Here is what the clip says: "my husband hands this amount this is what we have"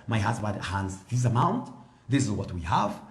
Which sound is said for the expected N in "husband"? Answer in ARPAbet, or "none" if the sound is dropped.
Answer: none